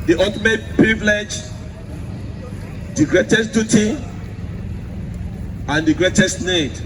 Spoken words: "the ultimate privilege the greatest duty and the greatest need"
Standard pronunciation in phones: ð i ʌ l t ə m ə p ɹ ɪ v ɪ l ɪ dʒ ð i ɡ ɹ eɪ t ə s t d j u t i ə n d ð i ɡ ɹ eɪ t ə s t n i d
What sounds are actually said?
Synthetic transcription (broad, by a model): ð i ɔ t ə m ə p ɹ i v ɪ l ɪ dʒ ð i ɡ ɹ eɪ t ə s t d j u t i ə n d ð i ɡ ɹ eɪ t ə s t n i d